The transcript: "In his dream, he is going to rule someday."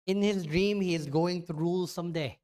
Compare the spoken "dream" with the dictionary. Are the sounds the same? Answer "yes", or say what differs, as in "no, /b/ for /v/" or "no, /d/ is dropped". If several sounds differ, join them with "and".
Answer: yes